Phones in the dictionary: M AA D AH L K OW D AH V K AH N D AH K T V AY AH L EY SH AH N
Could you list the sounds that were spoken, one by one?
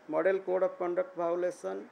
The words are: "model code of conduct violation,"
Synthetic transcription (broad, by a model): M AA D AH L K OW D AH P K AH N D AH K T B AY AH L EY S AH N